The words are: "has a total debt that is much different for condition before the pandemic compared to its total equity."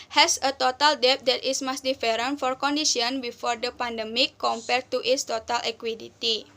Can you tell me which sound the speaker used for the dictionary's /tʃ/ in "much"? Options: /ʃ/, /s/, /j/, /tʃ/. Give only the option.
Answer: /s/